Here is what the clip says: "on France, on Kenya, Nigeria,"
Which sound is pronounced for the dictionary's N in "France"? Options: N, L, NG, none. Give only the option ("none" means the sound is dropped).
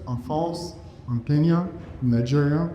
none